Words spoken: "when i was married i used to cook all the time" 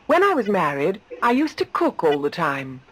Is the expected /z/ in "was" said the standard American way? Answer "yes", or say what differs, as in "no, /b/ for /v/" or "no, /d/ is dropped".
yes